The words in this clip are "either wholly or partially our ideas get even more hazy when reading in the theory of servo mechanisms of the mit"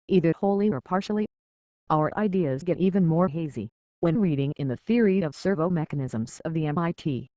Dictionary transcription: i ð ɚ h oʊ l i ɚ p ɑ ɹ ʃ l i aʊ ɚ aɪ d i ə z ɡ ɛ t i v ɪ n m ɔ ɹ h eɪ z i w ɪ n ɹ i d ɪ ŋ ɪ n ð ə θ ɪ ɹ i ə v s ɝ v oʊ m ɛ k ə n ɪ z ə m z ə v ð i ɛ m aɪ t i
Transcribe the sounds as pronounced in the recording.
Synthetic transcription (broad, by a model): i ð ɚ h oʊ l i ɚ p ɑ ɹ ʃ l i aʊ ɚ aɪ d i ə z ɡ ɛ t i v ɪ n m ɔ ɹ h eɪ z i w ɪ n ɹ i d ɪ ŋ ɪ n ð ə θ ɪ ɹ i ə v s ɝ v oʊ m ɛ k ə n ɪ z ə m z ə v ð i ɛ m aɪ t i